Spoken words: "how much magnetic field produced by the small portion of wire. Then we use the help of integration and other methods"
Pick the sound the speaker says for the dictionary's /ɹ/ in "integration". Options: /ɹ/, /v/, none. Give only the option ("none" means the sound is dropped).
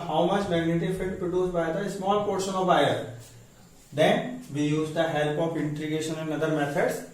none